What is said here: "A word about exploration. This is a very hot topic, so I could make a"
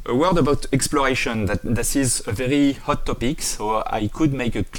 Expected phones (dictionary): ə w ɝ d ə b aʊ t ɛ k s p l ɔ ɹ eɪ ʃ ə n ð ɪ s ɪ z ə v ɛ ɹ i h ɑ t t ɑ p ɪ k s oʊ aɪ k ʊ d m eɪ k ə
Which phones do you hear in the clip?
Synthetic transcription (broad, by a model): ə w ɝ d ə b aʊ t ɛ k s p l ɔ ɹ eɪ ʃ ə n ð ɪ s ɪ z ə v ɛ ɹ i h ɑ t t ɑ p ɪ k s oʊ aɪ k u d m eɪ k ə